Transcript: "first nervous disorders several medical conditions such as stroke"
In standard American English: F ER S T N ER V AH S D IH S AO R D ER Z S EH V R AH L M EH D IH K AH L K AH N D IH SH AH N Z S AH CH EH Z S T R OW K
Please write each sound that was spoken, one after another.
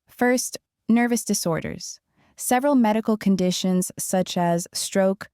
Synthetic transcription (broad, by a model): F ER S T N ER V AH S D IH S AO R D ER Z S EH V R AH L M EH D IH K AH L K AH N D IH SH AH N Z S AH CH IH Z S T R OW K